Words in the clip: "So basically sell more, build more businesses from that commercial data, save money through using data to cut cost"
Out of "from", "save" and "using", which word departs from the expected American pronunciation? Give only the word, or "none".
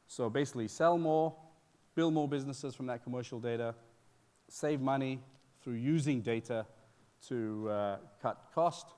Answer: none